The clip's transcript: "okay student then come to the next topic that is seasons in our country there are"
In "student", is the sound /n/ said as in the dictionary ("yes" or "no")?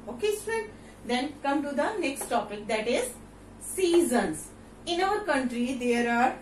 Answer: no